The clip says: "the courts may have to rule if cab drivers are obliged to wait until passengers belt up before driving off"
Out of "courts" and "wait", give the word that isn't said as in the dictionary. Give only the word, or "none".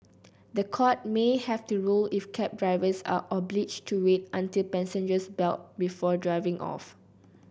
courts